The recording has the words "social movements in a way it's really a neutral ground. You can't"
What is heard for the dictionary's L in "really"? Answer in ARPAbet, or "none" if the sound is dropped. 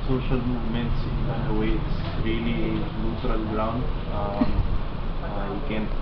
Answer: N